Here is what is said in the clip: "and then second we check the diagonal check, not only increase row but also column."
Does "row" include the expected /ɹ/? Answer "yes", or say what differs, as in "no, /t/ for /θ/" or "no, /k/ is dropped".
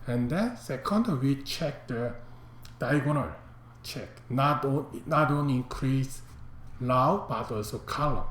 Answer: no, /l/ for /ɹ/